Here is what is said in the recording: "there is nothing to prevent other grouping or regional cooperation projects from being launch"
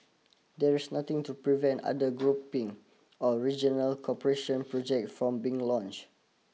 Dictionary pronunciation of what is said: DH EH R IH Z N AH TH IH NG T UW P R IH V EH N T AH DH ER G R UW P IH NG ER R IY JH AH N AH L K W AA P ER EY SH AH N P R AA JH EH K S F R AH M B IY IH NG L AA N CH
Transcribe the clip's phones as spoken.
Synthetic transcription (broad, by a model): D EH R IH S N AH T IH NG T UW P R IH V EH N T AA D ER G R UW P IH NG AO R IY JH AH N AH L K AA P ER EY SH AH N P R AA JH EH K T F R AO M B IY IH NG L AA N CH